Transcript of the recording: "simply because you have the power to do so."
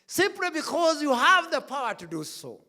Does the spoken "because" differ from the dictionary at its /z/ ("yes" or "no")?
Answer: no